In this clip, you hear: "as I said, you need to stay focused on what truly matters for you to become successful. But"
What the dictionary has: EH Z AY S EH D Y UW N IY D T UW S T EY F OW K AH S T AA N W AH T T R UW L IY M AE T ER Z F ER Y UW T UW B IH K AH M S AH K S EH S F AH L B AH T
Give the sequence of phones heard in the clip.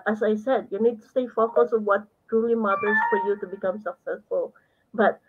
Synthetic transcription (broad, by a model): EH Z AY S EH D Y UW N IY D T UW S T EY F OW K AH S AA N W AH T T R UW L IY M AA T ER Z F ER Y UW T UW B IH K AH M S AH K S EH S F AH L B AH T